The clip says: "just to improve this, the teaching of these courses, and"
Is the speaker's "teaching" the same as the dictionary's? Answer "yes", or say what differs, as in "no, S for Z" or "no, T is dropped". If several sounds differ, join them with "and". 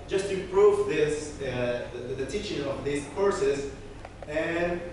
yes